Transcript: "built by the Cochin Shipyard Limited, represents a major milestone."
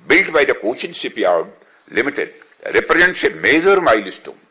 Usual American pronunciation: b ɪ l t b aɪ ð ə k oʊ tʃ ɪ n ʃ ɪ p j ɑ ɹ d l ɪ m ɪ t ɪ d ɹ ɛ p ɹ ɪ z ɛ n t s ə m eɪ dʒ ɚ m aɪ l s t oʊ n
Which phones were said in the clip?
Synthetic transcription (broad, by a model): b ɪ l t b aɪ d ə k oʊ tʃ ɪ n s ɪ p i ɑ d l ɪ m ɪ t ɪ d ɹ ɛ p ɹ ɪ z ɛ n t s ə m eɪ dʒ ɚ m aɪ l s t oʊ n